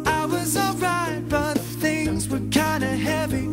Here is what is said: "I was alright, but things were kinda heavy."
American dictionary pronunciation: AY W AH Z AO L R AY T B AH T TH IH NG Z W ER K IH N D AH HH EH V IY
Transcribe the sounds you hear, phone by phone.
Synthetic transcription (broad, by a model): AY W AH Z AO L R AY T B AH T TH IH NG Z W ER K IH N D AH HH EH V IY